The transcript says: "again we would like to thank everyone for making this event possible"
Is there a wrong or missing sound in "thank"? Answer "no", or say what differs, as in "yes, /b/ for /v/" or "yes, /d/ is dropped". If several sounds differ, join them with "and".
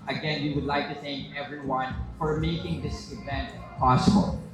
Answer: no